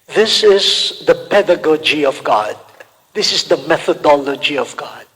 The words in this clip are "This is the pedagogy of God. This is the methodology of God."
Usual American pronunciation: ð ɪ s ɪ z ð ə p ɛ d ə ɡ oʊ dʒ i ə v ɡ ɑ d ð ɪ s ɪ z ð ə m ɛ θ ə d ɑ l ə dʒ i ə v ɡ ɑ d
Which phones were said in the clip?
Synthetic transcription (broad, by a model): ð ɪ s ɪ z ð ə p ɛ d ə ɡ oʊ dʒ i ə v ɡ ɑ d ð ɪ s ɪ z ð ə m ɛ θ ə d ɑ l ə dʒ i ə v ɡ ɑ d